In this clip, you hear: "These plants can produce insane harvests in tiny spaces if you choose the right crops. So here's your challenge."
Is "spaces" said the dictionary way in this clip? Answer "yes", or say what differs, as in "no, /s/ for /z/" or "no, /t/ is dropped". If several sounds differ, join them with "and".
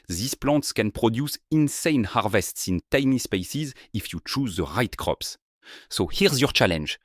yes